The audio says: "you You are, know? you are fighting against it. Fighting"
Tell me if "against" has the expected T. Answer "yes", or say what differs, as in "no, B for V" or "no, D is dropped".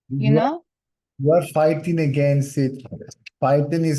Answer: no, T is dropped